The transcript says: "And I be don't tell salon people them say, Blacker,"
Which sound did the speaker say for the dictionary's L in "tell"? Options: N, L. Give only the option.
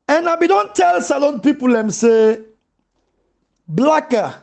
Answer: L